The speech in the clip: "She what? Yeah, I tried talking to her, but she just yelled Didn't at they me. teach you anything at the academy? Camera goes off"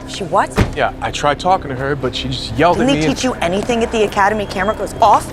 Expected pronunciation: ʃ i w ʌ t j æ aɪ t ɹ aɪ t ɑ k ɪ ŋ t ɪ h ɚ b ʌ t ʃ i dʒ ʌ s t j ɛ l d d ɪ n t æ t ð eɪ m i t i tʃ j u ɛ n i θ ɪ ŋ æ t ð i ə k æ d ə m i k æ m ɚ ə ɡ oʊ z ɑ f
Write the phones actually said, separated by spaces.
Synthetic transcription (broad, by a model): ʃ i w ʌ t j æ aɪ t ɹ aɪ t ɑ k ɪ ŋ t ɪ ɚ b ʌ t ʃ i dʒ ʌ s t j ɛ l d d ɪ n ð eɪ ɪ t i tʃ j ɛ n i θ ɪ ŋ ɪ t ð i ə k æ d ə m i k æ m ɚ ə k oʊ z ɑ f